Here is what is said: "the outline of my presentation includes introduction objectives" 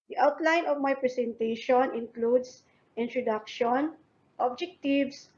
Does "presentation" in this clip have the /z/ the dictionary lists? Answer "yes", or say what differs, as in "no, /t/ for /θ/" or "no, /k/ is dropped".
no, /s/ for /z/